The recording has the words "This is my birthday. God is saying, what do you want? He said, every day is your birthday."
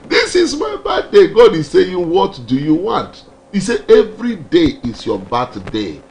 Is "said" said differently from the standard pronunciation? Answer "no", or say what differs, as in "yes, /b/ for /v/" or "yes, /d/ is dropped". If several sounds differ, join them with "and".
yes, /d/ is dropped